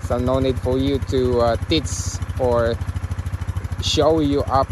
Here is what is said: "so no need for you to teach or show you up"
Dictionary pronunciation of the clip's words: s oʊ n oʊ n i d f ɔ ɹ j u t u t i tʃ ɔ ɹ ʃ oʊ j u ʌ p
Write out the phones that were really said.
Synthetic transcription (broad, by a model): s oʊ n oʊ n i d f ɔ ɹ j u t u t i s ɔ ɹ ʃ oʊ j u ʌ p